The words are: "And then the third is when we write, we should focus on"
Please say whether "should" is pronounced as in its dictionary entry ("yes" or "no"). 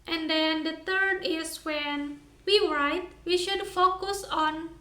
yes